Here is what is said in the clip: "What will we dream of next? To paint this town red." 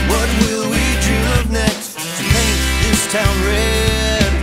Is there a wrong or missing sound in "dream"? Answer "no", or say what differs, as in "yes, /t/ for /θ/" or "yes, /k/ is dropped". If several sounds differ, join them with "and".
yes, /ɹ/ is dropped and /m/ is dropped